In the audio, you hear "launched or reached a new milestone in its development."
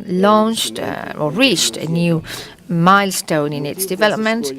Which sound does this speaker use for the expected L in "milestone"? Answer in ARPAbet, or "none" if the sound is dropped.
L